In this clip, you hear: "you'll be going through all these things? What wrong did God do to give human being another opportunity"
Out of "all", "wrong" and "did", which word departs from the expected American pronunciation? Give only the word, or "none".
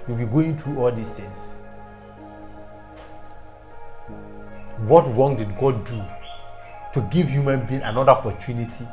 none